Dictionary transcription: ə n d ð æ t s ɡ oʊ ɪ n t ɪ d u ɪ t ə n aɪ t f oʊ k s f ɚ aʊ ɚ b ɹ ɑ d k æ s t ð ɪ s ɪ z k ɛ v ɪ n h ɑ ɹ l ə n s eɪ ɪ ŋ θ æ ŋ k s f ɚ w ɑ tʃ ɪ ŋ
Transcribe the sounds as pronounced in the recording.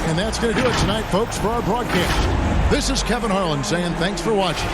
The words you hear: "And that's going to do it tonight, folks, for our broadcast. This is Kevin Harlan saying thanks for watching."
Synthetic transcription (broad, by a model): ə n ð æ t s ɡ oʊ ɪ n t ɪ d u ɪ t ə n aɪ t f oʊ k s f ɚ aʊ ɚ b ɹ ɑ d k æ s t ð ɪ s ɪ z k ɛ v ɪ n h ɑ ɹ l ə n s eɪ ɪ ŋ θ æ ŋ k s f ɚ w ɑ tʃ ɪ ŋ